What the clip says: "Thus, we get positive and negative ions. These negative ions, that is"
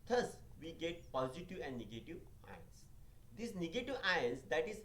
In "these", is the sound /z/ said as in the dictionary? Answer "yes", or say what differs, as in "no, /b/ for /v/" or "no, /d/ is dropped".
no, /s/ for /z/